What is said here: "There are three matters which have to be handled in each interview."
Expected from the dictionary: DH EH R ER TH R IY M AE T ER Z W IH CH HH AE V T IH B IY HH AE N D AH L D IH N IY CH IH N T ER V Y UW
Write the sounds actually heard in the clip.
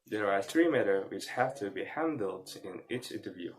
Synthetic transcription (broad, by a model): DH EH R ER TH R IY M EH T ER W IH CH HH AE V T IH B IY HH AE N D L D IH N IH S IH N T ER V Y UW